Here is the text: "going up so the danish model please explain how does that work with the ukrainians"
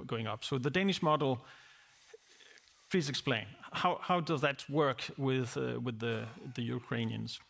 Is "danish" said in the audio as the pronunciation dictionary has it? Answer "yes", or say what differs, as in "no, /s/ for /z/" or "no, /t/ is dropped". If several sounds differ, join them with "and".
yes